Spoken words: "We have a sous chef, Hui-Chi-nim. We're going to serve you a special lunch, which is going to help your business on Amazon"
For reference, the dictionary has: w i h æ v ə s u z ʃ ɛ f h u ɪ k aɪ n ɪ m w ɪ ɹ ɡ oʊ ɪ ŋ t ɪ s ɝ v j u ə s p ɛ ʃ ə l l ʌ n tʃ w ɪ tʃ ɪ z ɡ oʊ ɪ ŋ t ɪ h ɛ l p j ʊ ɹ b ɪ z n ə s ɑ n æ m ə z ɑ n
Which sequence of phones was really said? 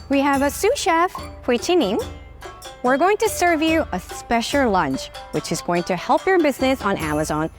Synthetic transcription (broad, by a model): w i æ v ə s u ʃ ɛ f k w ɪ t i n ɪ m w ɪ ɹ ɡ oʊ ɪ ŋ t ɪ s ɝ v j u ə s p ɛ ʃ l l ʌ n tʃ w ɪ tʃ ɪ z ɡ oʊ ɪ ŋ t ɪ h ɛ l p j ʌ ɹ b ɪ z n ə s n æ m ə z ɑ n